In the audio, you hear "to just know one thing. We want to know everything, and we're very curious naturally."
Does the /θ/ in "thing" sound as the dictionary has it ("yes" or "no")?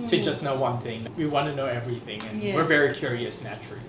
yes